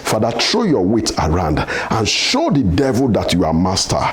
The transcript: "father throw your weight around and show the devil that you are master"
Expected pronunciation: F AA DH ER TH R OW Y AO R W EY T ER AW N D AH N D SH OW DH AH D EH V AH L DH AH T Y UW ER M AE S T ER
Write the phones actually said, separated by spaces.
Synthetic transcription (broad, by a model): F AA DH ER T R OW Y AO W EY T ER AW N D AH N SH OW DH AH D EH V AH L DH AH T Y UW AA M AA S T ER